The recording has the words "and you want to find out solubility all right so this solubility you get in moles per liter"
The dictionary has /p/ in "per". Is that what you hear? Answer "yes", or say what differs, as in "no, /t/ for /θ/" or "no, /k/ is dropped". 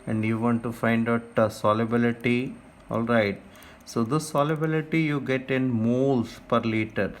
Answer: yes